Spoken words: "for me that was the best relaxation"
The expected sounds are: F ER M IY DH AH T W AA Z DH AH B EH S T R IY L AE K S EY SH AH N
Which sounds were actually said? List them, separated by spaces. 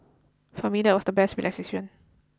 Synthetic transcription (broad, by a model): F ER M IY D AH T W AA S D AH B EH S T W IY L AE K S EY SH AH N